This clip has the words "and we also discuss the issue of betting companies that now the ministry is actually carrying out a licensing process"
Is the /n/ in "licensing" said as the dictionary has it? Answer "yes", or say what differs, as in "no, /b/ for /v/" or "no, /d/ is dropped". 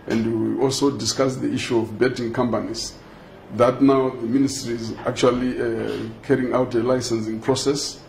yes